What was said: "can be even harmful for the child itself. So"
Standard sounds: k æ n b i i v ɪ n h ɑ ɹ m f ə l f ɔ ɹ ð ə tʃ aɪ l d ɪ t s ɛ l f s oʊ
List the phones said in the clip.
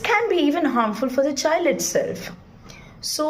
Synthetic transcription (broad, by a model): k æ n b i i v ɪ n h ɑ ɹ m f ə l f ɔ ɹ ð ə tʃ aɪ l d ɪ t s ɛ l f s oʊ